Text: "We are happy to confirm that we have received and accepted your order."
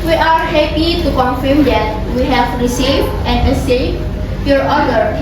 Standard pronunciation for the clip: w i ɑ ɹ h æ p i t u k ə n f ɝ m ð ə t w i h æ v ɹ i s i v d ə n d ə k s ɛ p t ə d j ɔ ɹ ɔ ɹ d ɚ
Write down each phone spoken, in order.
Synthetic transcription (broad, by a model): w i ɑ ɹ h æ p i t u k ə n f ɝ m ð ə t w i h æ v ɹ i s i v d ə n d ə s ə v j ɔ ɹ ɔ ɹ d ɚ